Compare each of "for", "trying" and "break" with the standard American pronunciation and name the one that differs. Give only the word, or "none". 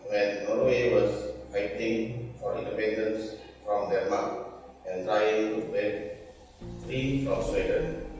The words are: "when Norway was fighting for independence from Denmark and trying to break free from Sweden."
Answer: break